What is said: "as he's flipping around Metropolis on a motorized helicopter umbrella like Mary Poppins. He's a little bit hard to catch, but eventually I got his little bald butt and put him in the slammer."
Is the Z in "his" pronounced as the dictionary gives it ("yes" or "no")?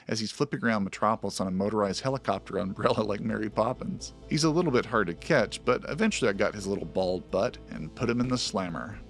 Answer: yes